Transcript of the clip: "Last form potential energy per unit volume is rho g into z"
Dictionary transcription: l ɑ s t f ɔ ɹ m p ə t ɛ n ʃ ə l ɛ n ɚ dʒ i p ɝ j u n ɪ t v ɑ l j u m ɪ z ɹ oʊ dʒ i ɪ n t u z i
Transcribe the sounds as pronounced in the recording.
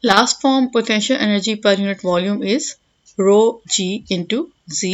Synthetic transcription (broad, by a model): l ɑ s t f ɔ ɹ m p ə t ɛ n ʃ ə l ɛ n ɚ dʒ i p ɝ j u n ɪ t v ɑ l j u m ɪ z ɹ oʊ dʒ i ɪ n t u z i